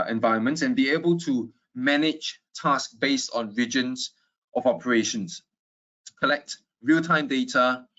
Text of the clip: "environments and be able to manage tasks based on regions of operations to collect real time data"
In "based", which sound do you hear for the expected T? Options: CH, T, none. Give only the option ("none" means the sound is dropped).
T